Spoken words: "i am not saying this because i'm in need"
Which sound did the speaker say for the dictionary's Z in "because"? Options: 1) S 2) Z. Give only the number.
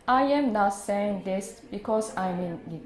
1